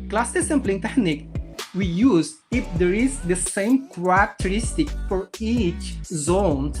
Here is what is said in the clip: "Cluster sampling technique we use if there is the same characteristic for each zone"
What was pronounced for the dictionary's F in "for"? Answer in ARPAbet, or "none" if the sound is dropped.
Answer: F